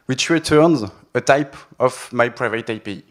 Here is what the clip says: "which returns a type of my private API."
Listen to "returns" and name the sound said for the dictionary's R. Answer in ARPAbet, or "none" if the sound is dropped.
R